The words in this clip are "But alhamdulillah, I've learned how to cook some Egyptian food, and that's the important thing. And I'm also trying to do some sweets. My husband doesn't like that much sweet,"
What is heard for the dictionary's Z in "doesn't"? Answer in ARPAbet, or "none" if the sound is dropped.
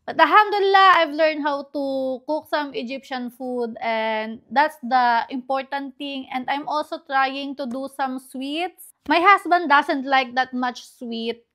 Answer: S